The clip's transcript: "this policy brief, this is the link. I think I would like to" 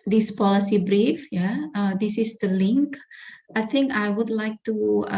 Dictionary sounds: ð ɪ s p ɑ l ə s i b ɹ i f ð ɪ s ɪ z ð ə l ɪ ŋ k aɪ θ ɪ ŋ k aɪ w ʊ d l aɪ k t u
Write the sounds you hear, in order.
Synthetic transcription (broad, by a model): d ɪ s p ɑ l ə s i b ɹ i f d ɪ s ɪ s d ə l ɪ ŋ k aɪ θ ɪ ŋ k aɪ w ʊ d l aɪ k t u